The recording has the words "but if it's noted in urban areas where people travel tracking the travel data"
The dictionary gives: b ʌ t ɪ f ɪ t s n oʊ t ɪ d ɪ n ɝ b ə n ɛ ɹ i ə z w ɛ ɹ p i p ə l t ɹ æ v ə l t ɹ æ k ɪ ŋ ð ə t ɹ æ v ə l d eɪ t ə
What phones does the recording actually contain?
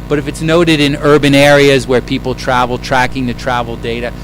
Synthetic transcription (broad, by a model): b ʌ t ɪ f ɪ t s n oʊ t ɪ d ɪ n ɝ b ə n ɛ ɹ i ə z w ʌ ɹ p i p l t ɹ æ v l t ɹ æ k ɪ ŋ ð ə t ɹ æ v l d eɪ t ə